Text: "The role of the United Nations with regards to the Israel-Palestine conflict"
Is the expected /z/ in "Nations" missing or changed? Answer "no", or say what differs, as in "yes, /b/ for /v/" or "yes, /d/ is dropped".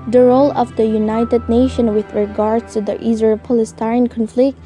yes, /z/ is dropped